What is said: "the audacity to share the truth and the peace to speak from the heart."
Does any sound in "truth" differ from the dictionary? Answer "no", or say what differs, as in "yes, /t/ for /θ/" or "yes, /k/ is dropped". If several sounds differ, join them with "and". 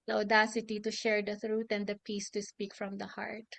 yes, /t/ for /θ/